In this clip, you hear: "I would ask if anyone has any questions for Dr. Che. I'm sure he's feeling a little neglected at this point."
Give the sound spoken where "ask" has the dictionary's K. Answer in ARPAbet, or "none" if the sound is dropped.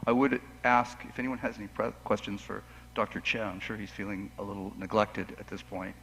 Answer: K